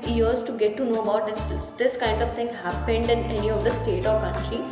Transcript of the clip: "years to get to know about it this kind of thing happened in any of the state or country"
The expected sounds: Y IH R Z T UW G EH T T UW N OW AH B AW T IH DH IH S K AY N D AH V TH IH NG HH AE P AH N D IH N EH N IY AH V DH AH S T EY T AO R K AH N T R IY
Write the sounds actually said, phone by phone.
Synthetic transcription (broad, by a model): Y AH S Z T UW G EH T T UW N OW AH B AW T IH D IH S K AY N D AH V T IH NG HH AE P AH N D IH N EH N IY AH V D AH S T EY T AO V K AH N T R IY